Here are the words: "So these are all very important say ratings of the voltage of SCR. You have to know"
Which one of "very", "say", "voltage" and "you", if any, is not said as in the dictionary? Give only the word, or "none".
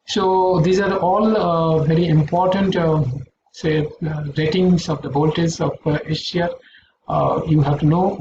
voltage